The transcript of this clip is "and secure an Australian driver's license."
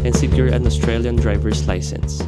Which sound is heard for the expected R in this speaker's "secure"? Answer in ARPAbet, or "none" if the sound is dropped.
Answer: R